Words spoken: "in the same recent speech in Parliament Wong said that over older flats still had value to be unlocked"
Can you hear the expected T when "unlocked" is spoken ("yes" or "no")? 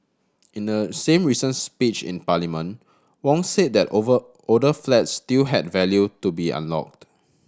yes